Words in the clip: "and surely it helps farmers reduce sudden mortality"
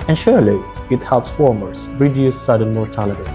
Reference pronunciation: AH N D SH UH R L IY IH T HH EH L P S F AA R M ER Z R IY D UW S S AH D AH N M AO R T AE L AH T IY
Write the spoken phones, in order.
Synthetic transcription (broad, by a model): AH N SH UH R L IY IH T HH EH L P S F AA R M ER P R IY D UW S S AH D AH N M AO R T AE L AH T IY